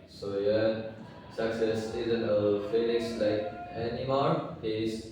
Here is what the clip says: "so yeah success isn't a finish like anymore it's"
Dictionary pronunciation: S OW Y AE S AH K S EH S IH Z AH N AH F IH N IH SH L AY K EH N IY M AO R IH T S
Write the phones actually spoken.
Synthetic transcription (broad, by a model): S OW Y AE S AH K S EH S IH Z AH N AH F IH L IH S L AY K EH N IY M AO R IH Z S